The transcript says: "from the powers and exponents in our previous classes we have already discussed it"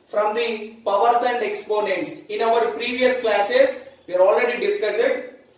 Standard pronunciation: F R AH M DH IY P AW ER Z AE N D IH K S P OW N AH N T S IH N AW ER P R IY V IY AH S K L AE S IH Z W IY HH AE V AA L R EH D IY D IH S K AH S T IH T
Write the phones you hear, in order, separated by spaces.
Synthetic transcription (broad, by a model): F R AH M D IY P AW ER S AE N D IH K S P OW N AH N T S IH N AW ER P R IY V IY AH S K L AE S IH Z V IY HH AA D AA L R EH D IY D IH S K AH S IH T